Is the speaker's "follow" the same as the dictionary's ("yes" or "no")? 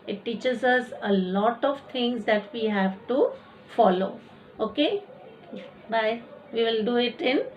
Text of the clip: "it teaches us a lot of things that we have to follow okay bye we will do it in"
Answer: yes